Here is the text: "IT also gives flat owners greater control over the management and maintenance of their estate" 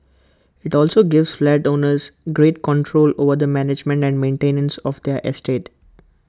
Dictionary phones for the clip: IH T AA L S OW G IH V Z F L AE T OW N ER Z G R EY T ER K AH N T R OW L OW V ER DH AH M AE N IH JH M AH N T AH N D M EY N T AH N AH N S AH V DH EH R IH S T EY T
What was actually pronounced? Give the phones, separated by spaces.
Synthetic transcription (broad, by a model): IH T AA L S OW G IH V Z F L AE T OW N ER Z G R EY T K AH N T R OW L OW V ER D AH M AE N IH JH M AH N T AH N D M EY N T AH N AH N S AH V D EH R IH S T EY T